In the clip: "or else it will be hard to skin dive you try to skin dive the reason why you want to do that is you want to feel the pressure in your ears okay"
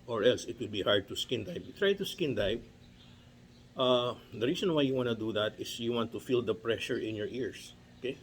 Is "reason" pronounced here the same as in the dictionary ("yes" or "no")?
no